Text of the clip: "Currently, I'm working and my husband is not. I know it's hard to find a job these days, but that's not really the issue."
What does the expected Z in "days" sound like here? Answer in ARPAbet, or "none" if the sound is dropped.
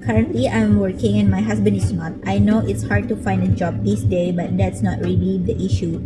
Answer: none